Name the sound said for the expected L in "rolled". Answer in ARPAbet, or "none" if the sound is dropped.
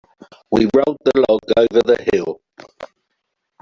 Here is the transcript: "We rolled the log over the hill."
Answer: none